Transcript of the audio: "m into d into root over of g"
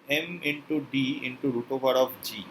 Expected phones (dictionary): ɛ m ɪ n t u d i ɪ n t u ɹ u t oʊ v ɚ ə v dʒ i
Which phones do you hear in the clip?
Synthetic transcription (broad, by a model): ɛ m ɪ n t u d i ɪ n t u ɹ u t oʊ b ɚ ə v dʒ i